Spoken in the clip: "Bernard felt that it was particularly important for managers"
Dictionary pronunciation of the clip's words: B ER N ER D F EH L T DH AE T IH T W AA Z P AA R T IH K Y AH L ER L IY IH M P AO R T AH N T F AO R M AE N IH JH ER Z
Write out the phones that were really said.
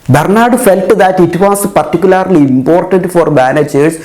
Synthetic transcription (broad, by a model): B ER N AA D F EH L T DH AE T IH T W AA S P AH R T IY K Y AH L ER L IY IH M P AO R T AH N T F AO R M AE N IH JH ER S